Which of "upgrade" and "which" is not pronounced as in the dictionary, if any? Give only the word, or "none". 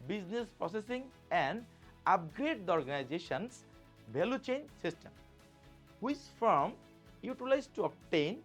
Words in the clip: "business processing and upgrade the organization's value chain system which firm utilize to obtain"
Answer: which